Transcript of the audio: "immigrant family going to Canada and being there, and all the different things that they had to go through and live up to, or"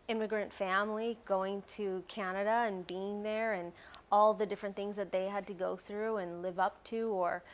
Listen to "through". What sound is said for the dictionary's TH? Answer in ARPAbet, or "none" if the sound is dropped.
TH